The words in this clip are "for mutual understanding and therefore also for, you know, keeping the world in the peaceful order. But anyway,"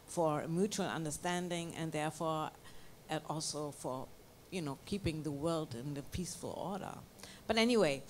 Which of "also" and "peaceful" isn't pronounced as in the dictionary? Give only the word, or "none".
none